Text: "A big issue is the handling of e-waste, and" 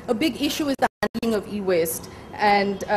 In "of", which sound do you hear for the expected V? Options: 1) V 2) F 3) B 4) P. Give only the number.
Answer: 1